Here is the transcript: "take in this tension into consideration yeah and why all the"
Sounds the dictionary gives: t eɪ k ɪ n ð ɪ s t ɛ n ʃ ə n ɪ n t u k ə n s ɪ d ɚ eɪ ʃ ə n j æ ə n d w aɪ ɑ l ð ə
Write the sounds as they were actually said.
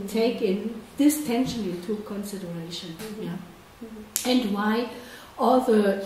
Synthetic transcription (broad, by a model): t eɪ k ɪ n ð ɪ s t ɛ n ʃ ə n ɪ t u k ə n s ɪ d ɚ eɪ ʃ ə n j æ ə n d w aɪ ɑ l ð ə